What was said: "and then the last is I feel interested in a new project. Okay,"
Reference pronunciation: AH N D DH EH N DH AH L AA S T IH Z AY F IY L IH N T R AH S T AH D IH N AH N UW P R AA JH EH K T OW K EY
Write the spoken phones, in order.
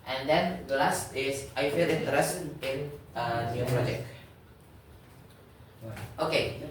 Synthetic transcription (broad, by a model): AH N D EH N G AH L AA S T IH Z AY F IY L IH N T AH T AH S IH N AH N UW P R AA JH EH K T OW K EY